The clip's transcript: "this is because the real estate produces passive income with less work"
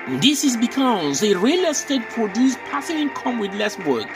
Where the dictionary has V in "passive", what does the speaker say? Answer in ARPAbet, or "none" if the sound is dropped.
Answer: none